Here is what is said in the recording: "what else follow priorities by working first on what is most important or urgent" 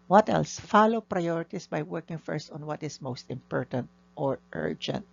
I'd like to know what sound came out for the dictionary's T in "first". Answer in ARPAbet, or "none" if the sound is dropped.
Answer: T